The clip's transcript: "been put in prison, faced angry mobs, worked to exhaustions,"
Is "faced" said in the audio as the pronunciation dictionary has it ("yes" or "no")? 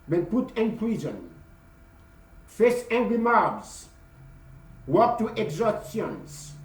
no